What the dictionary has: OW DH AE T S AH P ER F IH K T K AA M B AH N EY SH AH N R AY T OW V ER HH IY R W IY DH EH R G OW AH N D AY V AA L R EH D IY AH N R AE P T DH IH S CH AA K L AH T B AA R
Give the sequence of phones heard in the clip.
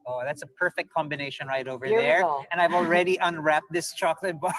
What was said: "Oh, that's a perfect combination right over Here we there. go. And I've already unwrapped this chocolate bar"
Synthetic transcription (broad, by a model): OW DH AE T S AH P ER F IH K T K AA M B AH N EY SH AH N R AY T OW V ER R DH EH R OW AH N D AY V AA L R EH D IY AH N R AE P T DH IH S CH AA K L AH T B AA